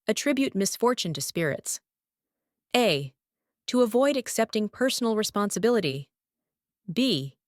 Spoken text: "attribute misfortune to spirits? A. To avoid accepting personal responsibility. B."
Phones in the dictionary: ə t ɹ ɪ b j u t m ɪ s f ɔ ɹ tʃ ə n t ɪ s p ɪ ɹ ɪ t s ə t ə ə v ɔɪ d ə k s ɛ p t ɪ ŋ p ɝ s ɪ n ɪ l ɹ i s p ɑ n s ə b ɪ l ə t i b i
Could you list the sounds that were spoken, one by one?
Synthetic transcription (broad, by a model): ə t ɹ ɪ b j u t m ɪ s f ɔ ɹ tʃ ə n t ɪ s p ɪ ɹ ɪ t s ə t ə ə v ɔɪ d ə k s ɛ p t ɪ ŋ p ɝ s n l ɹ i s p ɑ n s ə b ɪ l ə t i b i